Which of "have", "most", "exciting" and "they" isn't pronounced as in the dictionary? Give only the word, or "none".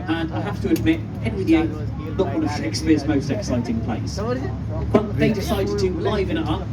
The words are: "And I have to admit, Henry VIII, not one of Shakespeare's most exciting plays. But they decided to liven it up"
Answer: have